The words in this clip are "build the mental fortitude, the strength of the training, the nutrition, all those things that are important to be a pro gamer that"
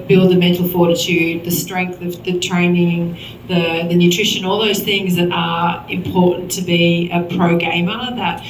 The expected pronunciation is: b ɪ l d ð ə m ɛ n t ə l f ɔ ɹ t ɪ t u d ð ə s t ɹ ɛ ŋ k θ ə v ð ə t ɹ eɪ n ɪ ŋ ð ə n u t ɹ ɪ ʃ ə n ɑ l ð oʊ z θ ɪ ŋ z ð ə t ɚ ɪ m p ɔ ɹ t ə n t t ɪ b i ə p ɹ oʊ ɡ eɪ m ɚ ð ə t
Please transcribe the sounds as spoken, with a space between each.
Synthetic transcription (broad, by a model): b ɪ l d ð ə m ɛ n t l f ɔ ɹ t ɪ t u d ð ə s t ɹ ɛ ŋ k θ ə v ð ə t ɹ eɪ n ɪ ŋ ð ə n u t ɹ ɪ ʃ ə n ɑ l ð oʊ z θ ɪ ŋ z ð ə t ɚ ɪ m p ɔ ɹ t n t t ɪ b i ə p ɹ oʊ ɡ eɪ m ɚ ð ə t